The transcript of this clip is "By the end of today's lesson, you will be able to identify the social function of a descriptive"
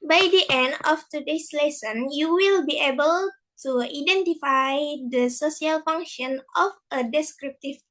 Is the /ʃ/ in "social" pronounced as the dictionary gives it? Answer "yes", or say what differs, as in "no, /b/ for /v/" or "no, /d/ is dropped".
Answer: no, /s/ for /ʃ/